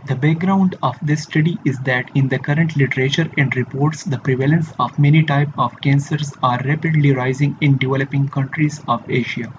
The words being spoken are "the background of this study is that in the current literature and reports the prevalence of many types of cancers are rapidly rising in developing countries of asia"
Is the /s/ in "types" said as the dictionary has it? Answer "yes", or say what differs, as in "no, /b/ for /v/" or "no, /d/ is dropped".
no, /s/ is dropped